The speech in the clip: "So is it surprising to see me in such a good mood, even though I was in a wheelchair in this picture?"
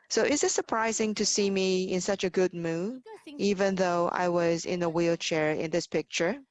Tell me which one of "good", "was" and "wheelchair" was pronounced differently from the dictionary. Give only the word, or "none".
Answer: none